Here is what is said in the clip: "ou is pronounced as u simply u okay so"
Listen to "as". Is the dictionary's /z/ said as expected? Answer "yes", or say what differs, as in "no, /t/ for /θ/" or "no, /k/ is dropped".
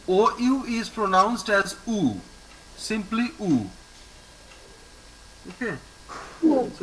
yes